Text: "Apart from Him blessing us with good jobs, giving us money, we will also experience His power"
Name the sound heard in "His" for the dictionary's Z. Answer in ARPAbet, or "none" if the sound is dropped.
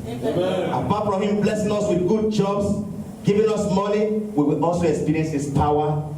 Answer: S